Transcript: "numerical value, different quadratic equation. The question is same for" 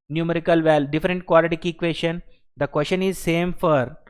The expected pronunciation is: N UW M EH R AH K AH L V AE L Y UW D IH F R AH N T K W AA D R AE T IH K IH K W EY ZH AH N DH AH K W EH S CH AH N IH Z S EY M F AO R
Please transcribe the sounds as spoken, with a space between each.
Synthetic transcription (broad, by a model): N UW M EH R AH K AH L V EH L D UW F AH R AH N T K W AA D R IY T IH K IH K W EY SH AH N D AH K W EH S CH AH N IH Z S EY M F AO R